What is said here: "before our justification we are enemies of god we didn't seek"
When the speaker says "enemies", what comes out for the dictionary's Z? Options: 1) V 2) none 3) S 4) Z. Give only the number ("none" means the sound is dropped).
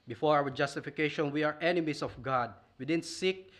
3